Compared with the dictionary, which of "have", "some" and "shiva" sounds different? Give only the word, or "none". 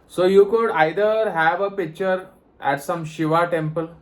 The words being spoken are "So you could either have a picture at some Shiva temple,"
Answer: none